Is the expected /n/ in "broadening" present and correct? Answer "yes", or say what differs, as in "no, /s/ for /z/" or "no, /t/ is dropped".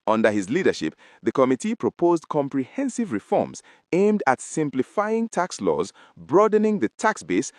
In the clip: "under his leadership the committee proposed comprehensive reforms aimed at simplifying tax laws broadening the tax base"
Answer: yes